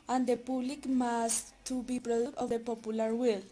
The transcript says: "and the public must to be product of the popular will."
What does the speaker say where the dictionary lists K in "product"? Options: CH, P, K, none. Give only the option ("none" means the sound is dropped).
none